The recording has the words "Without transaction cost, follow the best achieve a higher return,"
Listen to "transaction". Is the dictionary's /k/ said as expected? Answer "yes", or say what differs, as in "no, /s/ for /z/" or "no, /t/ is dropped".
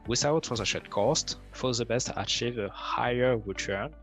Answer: no, /k/ is dropped